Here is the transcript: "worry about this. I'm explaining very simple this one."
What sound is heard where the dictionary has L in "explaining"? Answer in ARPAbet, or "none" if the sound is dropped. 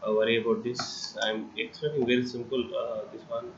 none